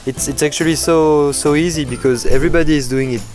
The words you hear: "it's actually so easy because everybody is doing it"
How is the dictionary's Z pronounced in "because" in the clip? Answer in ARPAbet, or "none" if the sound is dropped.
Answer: Z